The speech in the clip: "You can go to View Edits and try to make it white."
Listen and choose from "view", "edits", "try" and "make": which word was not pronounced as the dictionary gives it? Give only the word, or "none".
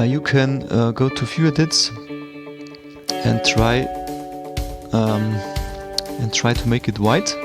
view